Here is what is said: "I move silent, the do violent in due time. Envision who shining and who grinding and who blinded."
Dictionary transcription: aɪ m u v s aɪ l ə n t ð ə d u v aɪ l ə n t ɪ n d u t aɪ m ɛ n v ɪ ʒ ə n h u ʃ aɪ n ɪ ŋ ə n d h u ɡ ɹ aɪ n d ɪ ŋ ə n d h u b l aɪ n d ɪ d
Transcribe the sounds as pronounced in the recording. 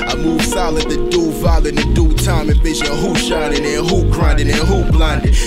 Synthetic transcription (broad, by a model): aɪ m u v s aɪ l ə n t ð ə d u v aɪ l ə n ɪ d u t aɪ m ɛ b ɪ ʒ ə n h u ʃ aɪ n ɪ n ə h u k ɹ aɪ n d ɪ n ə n h u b l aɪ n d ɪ